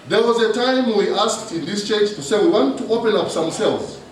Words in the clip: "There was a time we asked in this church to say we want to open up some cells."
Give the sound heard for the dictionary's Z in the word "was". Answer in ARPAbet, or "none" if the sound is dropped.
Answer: Z